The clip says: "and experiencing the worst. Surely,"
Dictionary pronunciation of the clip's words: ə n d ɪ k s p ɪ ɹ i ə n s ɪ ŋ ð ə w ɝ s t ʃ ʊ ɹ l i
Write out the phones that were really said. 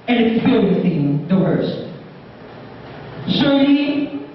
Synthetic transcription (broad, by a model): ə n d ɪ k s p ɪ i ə s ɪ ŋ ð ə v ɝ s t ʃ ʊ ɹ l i